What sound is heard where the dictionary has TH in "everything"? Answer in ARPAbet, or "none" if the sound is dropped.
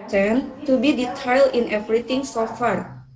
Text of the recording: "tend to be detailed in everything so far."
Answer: T